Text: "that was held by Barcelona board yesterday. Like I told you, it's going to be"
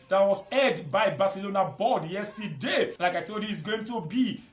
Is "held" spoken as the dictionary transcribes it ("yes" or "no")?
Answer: no